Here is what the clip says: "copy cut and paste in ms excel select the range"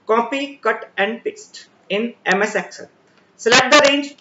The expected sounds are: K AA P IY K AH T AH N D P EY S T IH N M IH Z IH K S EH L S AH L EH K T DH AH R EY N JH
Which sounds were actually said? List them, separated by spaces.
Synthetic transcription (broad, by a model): K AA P IY K AH T AH N D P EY S T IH N M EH S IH K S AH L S L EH T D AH R EY N JH